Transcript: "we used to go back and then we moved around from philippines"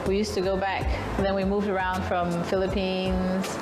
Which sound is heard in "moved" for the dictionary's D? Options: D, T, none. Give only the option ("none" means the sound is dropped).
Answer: D